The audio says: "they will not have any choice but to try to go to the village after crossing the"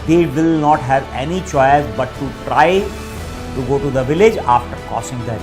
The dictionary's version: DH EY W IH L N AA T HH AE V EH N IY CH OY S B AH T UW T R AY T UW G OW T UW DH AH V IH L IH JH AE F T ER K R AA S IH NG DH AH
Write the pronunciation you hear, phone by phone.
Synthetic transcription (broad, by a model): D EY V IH L N AA T HH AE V EH N IY CH OY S B AH T UW T R AY T UW G OW T UW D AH V IH L IH JH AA F T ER K AA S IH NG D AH